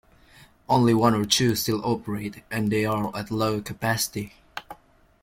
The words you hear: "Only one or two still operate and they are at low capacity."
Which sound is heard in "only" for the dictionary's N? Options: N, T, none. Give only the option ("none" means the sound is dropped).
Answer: N